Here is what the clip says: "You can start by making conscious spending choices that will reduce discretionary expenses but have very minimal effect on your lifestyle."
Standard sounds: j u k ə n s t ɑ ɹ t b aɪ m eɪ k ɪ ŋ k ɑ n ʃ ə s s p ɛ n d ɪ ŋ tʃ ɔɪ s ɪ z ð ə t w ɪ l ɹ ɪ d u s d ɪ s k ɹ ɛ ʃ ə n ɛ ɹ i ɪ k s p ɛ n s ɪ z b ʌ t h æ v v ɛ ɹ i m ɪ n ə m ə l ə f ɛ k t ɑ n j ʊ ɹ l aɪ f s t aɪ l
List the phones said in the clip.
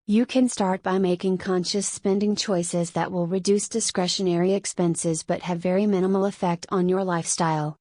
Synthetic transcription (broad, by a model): j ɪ k ə n s t ɑ ɹ t b aɪ m eɪ k ɪ ŋ k ɑ n ʃ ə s s p ɛ n d ɪ ŋ tʃ ɔɪ s ɪ z ð ə t w ɪ l ɹ ɪ d u s d ɪ s k ɹ ɛ ʃ ə n ɛ ɹ i ɪ k s p ɛ n s ɪ z b ʌ t h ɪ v v ɛ ɹ i m ɪ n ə m l ə f ɛ k t n j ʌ ɹ l aɪ f s t aɪ l